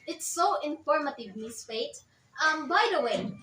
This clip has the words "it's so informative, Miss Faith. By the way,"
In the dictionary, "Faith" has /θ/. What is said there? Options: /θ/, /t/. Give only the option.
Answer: /t/